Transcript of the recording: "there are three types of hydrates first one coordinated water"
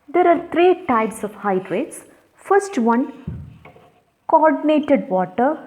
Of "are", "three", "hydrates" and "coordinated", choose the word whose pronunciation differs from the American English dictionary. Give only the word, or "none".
three